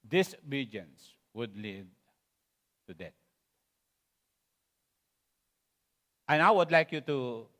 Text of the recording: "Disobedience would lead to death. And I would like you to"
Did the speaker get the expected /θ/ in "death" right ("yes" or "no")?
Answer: no